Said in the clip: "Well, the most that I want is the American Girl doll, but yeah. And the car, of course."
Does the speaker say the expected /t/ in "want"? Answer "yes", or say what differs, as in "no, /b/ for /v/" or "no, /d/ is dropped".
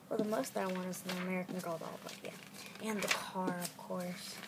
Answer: no, /t/ is dropped